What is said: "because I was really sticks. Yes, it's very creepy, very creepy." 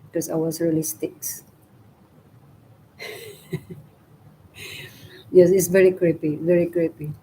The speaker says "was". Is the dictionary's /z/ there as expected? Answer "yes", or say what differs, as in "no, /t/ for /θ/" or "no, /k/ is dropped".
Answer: no, /s/ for /z/